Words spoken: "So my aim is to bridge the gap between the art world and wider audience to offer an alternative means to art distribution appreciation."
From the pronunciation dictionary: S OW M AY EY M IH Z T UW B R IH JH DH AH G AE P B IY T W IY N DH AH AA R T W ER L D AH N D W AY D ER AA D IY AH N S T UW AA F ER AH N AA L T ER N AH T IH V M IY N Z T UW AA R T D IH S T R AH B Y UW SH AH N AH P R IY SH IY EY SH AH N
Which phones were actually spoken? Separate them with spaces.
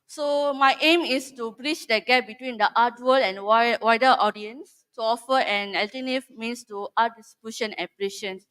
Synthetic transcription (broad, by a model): S OW M AY EY M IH S T UW B R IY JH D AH G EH P B IY T W IY N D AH AA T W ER L AH N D W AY D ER AA D IY AH N S T UW AA F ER AH N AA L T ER N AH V M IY N S T UW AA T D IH S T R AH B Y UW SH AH N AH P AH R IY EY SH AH N